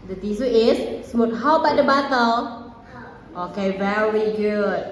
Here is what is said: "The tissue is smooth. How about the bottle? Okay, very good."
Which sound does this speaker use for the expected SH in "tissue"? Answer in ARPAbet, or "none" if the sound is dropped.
S